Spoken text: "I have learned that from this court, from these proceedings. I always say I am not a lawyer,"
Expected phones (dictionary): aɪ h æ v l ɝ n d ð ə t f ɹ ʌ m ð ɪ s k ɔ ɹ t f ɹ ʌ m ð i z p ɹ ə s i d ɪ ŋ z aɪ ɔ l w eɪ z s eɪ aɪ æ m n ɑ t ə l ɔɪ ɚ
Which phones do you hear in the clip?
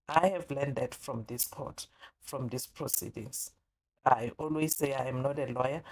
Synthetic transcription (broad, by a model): aɪ h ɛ v l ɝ n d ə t f ɹ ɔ m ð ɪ s k ɔ t f ɹ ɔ m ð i s p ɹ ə s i d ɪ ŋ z aɪ ɔ l w eɪ z s eɪ aɪ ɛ m n ɑ t ə l ɔɪ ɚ